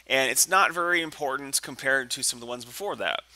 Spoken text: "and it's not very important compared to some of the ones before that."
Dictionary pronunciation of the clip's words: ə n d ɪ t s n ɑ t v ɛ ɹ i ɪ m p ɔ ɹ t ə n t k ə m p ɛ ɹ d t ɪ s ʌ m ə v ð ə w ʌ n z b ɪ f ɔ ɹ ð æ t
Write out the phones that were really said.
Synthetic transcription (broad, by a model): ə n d ɪ t s n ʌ t v ɛ ɹ i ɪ m p ɔ ɹ t n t k ə m p ɛ ɹ d t ɪ s ʌ m ə v ð ə w ʌ n z b ɪ f ɔ ɹ ð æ t